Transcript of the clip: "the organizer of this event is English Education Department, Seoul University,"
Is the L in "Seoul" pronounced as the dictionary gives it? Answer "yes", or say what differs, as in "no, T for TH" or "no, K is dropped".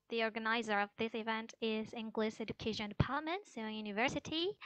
no, N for L